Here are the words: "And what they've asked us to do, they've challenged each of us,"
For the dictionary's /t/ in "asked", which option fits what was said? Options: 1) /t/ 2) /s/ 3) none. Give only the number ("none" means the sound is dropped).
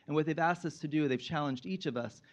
1